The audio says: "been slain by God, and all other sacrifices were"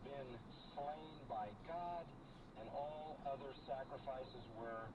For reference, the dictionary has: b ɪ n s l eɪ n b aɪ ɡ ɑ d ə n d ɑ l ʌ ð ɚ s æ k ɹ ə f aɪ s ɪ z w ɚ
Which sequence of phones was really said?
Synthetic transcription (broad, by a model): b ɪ n s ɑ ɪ n b aɪ ɡ ɑ d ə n ɑ l ʌ ð ɚ s æ k ɹ ə f aɪ s ɪ z w ɚ